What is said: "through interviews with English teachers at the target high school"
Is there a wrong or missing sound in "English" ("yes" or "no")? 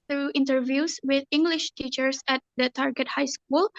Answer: no